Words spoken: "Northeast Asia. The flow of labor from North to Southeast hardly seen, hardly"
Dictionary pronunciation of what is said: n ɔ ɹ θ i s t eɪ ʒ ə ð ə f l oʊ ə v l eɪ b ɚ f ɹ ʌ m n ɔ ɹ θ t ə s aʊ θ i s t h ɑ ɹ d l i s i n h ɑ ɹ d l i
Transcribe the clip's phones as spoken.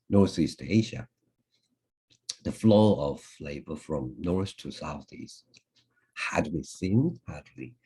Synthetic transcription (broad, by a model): n ɔ ɹ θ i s t eɪ ʒ ə ð ə f l oʊ ə v l eɪ b ɚ f ɹ ʌ m n ɔ ɹ s t ə s aʊ θ i s t h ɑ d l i s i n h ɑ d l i